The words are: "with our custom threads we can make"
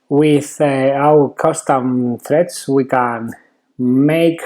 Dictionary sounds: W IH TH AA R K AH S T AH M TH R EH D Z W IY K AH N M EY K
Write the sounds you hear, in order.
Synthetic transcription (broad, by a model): W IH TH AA W K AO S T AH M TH R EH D S W IY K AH N M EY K